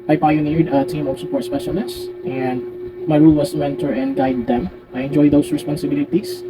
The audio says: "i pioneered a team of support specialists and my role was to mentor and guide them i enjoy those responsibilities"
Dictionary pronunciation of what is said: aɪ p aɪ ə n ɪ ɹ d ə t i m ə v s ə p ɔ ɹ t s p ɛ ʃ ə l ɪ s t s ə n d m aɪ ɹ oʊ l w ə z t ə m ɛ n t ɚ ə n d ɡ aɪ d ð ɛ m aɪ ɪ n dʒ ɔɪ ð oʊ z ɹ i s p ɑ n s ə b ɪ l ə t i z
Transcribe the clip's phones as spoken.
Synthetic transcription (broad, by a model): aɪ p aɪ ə n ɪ ɹ d ə t i m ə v s ə p ɔ ɹ t s p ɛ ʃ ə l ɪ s t ə n d m aɪ ɹ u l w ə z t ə m ɛ n t ɚ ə n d ɡ aɪ d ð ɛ m aɪ ɪ n dʒ ɔɪ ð oʊ s ɹ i s p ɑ n s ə b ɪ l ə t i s